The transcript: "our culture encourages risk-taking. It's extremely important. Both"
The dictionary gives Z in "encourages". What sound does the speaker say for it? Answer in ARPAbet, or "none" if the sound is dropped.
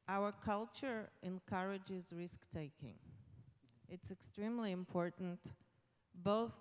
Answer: Z